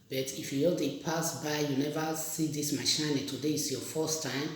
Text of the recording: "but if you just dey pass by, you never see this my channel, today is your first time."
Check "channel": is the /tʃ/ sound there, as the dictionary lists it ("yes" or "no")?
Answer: no